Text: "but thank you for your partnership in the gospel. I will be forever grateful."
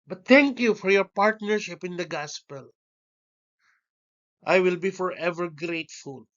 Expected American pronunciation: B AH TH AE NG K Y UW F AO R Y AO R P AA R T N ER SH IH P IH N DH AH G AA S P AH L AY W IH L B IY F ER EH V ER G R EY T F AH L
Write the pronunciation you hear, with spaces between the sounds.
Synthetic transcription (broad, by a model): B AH T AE NG K Y UW F AO R Y AO R P AA R T N ER SH IH P IH N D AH G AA S P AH L AY W IH L B IY F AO EH V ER G R EY T F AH L